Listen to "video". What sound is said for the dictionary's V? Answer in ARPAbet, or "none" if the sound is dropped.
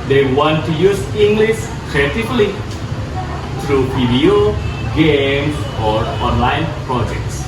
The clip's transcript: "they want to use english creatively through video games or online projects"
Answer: P